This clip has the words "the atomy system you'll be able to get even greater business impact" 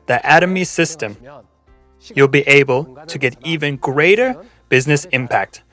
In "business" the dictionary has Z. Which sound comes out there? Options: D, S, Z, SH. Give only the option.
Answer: Z